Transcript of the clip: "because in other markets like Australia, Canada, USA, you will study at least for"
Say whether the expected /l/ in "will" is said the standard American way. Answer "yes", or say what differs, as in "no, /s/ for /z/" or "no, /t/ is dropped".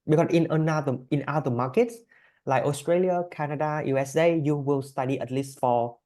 yes